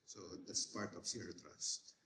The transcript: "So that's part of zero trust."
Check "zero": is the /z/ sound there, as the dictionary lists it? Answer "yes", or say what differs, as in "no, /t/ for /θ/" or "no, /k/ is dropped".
no, /s/ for /z/